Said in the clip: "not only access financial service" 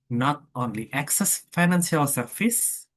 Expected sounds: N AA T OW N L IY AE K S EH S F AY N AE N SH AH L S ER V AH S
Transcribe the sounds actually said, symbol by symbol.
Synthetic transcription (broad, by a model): N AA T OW N L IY AE K S EH S F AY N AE N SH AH L S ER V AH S